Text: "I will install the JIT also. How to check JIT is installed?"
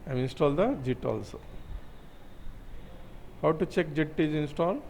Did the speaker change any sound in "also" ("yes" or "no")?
no